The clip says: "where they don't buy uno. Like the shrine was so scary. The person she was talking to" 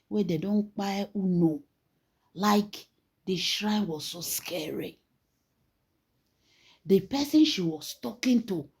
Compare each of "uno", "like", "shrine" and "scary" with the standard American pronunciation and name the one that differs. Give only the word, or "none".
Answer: none